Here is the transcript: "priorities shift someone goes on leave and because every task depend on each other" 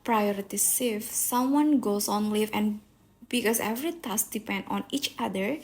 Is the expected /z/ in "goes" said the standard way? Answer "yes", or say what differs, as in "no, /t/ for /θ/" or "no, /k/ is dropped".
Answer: no, /s/ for /z/